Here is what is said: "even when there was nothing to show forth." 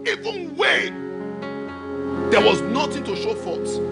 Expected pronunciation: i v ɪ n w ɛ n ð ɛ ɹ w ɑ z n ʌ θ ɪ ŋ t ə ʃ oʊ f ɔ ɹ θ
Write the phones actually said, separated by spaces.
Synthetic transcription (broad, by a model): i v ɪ n w ɛ n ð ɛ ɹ w ɑ z n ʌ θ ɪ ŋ t ə ʃ oʊ f ɔ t